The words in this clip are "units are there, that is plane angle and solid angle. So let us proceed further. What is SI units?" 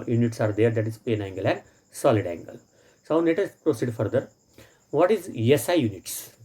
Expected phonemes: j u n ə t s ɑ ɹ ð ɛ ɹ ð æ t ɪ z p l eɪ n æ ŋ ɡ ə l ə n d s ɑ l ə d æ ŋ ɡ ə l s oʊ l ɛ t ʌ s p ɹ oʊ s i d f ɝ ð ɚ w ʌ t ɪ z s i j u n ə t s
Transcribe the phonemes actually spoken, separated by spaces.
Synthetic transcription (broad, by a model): j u n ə t s ɑ ɹ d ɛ ɹ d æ t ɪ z p eɪ n æ ŋ ɡ ə l ə n d s ɑ l ə d æ ŋ ɡ ə l s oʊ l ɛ t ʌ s p ɹ oʊ s i d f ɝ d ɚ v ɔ t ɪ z s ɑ j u n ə t s